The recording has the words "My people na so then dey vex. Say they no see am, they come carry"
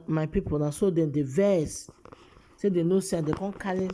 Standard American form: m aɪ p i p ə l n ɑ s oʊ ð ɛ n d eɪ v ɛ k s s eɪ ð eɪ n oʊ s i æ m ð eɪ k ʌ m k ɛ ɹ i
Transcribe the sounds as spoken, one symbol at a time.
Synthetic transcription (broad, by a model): m aɪ p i p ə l n ɑ s oʊ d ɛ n d eɪ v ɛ s s eɪ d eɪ n oʊ s i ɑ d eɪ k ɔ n k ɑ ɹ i